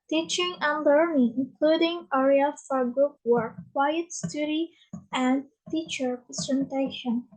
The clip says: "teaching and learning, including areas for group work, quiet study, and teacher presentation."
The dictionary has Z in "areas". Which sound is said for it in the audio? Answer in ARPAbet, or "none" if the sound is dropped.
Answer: none